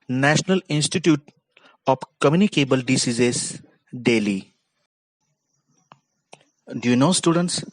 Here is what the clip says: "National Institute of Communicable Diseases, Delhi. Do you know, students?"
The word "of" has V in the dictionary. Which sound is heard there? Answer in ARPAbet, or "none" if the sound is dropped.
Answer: P